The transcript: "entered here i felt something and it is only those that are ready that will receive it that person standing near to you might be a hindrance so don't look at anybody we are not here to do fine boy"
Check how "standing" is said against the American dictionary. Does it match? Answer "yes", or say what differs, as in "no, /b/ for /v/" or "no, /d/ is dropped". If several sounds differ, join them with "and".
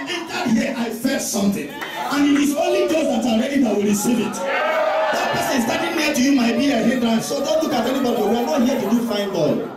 no, /n/ is dropped